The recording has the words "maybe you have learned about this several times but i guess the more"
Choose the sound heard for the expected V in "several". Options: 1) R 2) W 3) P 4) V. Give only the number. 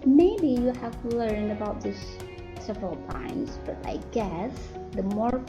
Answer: 4